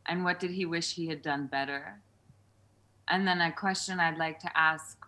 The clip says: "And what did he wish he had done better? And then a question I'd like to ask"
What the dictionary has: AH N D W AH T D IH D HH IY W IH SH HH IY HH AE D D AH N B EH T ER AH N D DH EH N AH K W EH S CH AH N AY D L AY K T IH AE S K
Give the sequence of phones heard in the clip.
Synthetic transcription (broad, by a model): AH N W AH T D IH D IY W IH SH HH IY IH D D AH N B EH T ER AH N DH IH N AH K W EH S CH AH N AY D L AY K T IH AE S K